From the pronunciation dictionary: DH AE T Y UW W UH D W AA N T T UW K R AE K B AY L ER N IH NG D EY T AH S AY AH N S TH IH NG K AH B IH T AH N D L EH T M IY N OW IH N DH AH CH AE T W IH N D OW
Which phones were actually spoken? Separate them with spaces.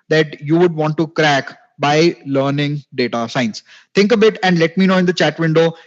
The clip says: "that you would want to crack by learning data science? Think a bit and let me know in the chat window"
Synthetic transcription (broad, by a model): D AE T Y UW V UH D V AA N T T UW K R AE K B AY L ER N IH NG D EY T AH S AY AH N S T IH NG K AH B IH T AH N D L EH T M IY N OW IH N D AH CH AE T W IH N D OW